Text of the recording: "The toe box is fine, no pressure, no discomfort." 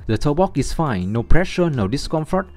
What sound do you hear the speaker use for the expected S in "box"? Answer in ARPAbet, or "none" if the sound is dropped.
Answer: none